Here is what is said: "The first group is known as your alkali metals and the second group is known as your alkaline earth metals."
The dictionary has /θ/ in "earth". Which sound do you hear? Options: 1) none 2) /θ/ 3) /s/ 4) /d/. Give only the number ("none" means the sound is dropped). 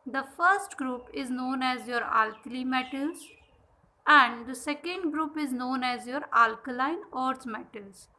3